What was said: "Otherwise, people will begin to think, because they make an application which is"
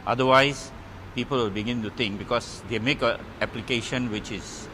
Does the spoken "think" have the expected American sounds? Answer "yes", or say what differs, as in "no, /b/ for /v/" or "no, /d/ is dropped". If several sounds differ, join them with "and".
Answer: no, /t/ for /θ/